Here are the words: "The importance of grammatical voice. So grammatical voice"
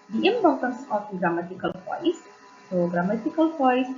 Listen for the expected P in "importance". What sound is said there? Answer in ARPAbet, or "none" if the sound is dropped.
B